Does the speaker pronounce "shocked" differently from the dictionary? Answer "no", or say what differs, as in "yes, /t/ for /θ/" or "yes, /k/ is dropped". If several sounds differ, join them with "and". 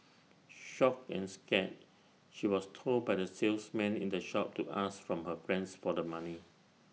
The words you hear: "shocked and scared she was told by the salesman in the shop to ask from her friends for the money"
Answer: yes, /t/ is dropped